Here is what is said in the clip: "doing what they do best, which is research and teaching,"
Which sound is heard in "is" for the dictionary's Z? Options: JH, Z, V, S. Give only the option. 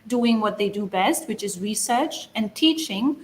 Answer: Z